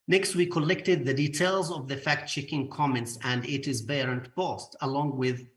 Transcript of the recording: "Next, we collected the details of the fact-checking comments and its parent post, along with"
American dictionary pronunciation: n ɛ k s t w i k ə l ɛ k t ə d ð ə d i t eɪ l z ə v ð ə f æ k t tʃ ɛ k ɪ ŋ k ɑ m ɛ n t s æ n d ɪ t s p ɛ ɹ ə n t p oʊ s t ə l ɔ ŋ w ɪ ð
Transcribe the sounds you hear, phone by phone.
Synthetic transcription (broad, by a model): n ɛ k s t w i k ə l ɛ k t ə d ð ə d i t eɪ l z ə v ð ə f æ k t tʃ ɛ k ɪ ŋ k ɑ m ɛ n t s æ n d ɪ t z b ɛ ɹ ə n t b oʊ s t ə l ɔ ŋ w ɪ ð